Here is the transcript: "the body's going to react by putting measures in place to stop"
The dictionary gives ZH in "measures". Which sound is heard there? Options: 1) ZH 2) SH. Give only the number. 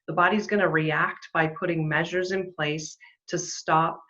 1